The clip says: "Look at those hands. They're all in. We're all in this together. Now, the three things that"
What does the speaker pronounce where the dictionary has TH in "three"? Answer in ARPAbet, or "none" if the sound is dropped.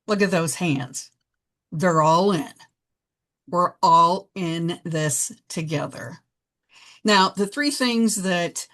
TH